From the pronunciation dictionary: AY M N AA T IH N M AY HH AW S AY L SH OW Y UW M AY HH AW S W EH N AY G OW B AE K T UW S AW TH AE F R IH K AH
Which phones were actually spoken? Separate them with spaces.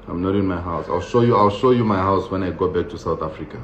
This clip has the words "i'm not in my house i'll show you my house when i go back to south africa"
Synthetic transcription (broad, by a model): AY M N AA T IH N M AY HH AW S AY L SH OW Y UW M AY HH AW S W EH N AY G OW B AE K T UW S AW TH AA F R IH K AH